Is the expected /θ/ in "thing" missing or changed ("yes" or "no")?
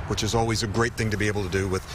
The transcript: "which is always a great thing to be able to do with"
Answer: no